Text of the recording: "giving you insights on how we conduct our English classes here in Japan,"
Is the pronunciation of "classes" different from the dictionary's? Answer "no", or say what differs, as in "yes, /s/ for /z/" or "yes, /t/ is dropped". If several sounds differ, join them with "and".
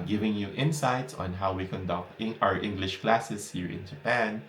yes, /s/ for /z/